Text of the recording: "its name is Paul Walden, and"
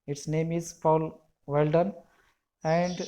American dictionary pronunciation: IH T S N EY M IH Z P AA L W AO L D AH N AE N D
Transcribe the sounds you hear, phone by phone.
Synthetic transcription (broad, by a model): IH T S N EY M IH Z F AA L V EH L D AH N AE N D